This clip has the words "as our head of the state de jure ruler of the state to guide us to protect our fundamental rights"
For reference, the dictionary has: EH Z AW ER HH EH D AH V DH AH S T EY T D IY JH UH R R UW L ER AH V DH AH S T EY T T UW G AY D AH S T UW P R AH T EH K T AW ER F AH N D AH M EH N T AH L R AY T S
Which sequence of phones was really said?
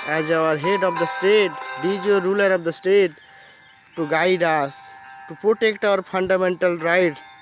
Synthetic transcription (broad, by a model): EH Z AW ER HH EH D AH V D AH S T EY T D IY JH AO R R UW L ER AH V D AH S T EY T T UW G AY D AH S T UW P R AH T EH K T AW ER P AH N D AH M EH N T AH L R AY T S